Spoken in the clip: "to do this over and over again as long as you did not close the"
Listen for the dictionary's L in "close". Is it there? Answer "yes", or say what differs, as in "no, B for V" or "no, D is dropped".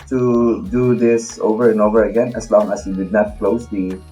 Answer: yes